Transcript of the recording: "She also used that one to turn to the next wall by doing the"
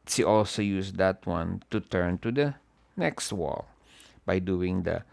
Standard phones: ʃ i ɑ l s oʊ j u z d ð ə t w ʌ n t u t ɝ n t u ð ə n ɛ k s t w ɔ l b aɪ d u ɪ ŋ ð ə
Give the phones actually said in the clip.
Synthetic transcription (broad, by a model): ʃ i ɑ l s oʊ j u s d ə t w ʌ n t u t ɝ n t u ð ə n ɛ k s t w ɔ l b aɪ d u ɪ ŋ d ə